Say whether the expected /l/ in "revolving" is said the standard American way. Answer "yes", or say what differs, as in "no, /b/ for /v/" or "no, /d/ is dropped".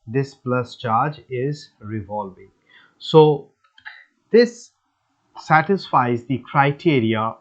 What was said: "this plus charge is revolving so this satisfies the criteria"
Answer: yes